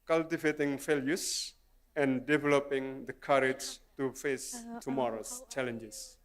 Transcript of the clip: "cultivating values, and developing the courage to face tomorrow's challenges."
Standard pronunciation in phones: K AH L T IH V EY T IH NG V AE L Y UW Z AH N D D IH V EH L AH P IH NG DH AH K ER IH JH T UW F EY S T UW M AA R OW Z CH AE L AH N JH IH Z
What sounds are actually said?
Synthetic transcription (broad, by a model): K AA L T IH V EY T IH NG F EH L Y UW S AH N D D IH V EH L AH P IH NG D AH K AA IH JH T UW F EY S T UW M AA R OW S CH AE L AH N JH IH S